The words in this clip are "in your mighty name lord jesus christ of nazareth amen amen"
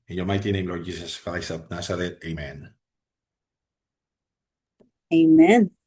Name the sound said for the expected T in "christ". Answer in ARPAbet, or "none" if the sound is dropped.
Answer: none